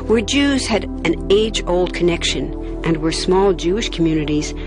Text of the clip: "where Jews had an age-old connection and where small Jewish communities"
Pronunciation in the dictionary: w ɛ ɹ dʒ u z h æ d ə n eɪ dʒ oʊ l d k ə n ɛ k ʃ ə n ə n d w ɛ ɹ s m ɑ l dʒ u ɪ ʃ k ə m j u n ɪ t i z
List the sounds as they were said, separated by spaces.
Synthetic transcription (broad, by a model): w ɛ ɹ dʒ u z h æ d ə n eɪ dʒ oʊ l d k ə n ɛ k ʃ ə n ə n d w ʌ ɹ s m ɑ l dʒ u ɪ ʃ k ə m j u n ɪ t i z